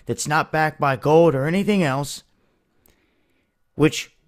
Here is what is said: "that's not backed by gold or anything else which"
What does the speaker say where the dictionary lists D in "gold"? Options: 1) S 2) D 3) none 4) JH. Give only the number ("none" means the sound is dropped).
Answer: 2